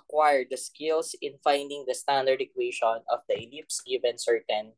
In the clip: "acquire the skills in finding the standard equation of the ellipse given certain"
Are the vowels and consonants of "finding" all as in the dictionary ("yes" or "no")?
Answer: yes